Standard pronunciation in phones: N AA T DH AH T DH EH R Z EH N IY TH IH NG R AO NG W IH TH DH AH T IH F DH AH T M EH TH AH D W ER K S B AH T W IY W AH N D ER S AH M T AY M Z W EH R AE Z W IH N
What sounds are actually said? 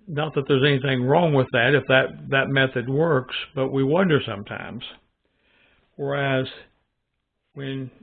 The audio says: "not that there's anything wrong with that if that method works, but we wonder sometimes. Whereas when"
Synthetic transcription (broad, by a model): N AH T DH AH T DH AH R Z EH N IY TH IH NG R AO NG W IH DH AH T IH F DH AH T M EH TH AH D W ER K S B AH T W IY W AH N D ER S AH M T AY M Z W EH R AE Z W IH N